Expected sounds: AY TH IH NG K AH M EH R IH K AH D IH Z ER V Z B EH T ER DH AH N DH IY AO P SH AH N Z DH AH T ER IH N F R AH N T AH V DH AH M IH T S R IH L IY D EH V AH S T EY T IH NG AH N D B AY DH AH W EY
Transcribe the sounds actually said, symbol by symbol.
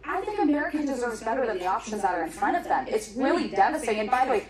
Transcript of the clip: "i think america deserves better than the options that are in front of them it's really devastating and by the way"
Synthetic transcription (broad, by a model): AY TH IH NG K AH M EH R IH K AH D IH Z ER V Z B EH T ER DH AH N DH IY AO P SH AH N Z DH AH T ER IH N F R AH T AH V DH AH M IH T S R IH L IY D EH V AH S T T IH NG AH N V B AY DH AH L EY